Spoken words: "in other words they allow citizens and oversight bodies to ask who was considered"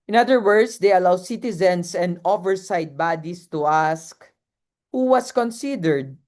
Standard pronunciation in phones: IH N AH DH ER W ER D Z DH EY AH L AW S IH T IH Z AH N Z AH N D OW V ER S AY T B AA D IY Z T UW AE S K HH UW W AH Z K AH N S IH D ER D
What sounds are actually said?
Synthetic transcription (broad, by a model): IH N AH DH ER W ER D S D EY AH L AW S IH T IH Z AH N S AH N D OW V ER S AY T B AA D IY S T UW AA S K HH UW W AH S K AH N S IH D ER D